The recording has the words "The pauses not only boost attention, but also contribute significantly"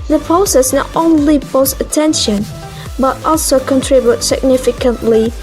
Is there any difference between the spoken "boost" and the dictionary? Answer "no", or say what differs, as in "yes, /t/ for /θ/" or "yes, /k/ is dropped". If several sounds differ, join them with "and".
yes, /t/ is dropped